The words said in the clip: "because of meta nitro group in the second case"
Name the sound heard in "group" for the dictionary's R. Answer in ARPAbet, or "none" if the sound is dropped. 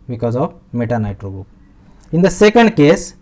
none